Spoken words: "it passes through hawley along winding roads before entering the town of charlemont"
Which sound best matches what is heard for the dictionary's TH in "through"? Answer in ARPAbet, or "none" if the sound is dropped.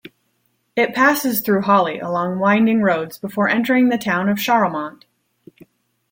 TH